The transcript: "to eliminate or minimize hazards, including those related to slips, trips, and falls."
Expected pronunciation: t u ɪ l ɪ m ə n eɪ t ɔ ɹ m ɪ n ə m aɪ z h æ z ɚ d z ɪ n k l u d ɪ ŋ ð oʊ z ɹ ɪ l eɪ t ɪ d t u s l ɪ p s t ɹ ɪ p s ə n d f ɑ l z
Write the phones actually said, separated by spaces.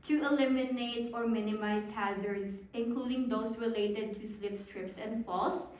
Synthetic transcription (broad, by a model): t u ɪ l ɪ m ə n eɪ t ɔ ɹ m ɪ n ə m aɪ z h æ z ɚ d s ɪ n k l u d ɪ ŋ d oʊ s ɹ ɪ l eɪ t ɪ d t u s l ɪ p s t ɹ ɪ p s ə n d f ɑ l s